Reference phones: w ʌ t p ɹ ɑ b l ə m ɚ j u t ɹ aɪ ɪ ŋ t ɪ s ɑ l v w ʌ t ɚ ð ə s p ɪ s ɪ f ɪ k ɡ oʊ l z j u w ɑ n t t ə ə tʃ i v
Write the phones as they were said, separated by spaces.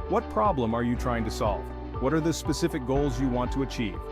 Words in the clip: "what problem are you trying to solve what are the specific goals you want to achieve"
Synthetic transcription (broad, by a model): w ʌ t p ɹ ɑ b l ə m ɚ j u t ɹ aɪ ɪ ŋ t ɪ s ɑ l v w ʌ t ɚ ð ə s p ɪ s ɪ f ɪ k ɡ oʊ l z j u w ɑ n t t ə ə tʃ i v